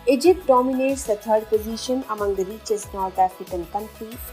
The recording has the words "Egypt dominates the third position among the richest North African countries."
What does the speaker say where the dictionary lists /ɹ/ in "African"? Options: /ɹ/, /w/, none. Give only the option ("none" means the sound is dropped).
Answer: none